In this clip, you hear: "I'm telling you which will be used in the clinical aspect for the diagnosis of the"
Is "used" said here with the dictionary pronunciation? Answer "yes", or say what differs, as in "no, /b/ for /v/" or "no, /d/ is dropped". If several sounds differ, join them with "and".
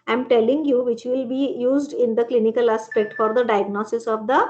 yes